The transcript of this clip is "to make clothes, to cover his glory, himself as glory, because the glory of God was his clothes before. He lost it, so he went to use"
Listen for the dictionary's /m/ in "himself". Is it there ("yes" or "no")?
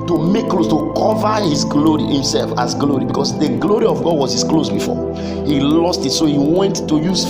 yes